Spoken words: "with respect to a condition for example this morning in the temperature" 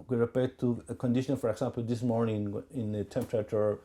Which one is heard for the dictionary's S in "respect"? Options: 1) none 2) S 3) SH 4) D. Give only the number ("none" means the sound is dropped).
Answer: 1